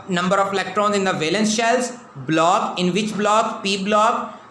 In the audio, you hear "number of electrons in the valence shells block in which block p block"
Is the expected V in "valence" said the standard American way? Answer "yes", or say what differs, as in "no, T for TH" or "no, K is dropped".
yes